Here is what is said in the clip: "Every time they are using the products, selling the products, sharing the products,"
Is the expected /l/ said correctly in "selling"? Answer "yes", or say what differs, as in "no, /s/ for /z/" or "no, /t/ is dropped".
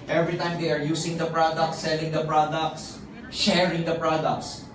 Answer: yes